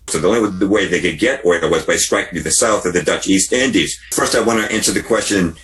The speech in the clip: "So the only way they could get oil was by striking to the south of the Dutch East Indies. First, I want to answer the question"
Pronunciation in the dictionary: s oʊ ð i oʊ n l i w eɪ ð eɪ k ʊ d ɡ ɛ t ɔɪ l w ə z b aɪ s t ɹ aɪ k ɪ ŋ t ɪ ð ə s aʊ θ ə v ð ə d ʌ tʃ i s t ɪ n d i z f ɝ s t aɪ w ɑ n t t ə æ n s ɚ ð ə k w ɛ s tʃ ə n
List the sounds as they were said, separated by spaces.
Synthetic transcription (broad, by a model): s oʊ ð i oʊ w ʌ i w eɪ ð eɪ k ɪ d ɡ ɛ t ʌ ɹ w ə z b aɪ s t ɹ aɪ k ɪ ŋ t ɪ ð ə s aʊ θ ə v ð ə d ʌ tʃ i s t ɪ n d i z f ɝ s t aɪ w ɑ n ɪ t æ n s ɚ ð ə k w ɛ s tʃ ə n